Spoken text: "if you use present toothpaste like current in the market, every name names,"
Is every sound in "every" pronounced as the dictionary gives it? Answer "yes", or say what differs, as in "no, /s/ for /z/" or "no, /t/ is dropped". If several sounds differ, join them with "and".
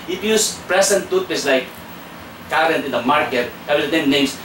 no, /ɹ/ is dropped